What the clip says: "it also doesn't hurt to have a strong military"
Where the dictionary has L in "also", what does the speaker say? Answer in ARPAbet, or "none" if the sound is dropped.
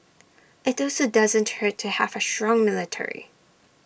L